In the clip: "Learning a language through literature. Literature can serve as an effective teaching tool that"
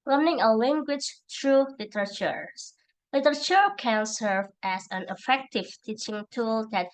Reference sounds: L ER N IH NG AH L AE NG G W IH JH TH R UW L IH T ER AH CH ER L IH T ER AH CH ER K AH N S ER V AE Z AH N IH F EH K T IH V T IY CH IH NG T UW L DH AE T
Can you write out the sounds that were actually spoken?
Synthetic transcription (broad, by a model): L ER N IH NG AH L AE NG G W IH JH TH R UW L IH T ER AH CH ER L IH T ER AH CH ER K AH N S ER V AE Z AH N IH F EH K T IH V T IY CH IH NG T UW L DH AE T